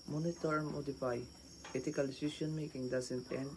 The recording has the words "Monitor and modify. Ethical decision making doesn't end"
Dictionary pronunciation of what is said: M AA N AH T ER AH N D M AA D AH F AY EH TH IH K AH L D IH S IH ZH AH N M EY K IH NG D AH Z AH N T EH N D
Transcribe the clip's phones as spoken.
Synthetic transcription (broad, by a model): M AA N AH T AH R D M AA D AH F AY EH T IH K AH L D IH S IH S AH N M EY K IH NG D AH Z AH N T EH N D